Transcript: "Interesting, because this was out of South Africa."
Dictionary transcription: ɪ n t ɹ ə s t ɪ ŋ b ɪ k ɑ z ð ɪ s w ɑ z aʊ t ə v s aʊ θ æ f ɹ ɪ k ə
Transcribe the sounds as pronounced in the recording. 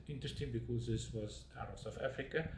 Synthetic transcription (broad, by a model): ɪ n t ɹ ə s t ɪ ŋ b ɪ k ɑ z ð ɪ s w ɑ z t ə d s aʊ f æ f ɹ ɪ k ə